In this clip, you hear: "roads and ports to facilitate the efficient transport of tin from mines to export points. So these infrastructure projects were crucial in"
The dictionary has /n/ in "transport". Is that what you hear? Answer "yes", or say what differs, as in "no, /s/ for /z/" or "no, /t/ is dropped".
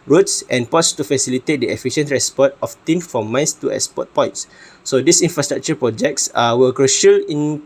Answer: no, /n/ is dropped